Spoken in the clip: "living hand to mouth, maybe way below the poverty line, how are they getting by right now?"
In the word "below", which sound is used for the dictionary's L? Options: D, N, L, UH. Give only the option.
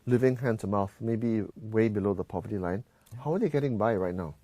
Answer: L